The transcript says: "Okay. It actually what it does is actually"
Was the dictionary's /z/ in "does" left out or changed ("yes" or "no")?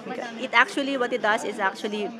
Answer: yes